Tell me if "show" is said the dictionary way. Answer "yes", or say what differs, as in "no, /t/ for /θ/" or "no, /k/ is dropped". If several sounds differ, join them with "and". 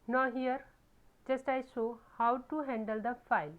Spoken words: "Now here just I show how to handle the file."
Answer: no, /s/ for /ʃ/